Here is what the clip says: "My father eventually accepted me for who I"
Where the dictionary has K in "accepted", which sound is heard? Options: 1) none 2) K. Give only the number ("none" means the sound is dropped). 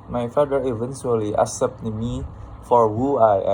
1